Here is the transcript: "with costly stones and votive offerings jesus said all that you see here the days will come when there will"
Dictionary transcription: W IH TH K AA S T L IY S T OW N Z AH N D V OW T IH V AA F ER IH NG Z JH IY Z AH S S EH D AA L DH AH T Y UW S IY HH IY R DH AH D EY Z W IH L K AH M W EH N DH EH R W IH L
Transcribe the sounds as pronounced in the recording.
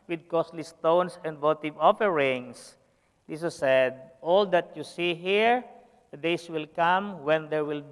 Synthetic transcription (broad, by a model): W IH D K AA S T L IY S T OW N S AH N D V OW T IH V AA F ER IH NG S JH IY S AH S S EH D AA L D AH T Y UW S IY HH IY R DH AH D EY S W IH L K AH M W EH N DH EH R W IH L